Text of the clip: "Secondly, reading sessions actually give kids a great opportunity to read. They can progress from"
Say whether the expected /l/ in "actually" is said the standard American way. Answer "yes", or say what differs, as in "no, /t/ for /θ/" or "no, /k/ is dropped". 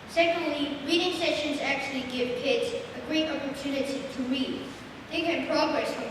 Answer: yes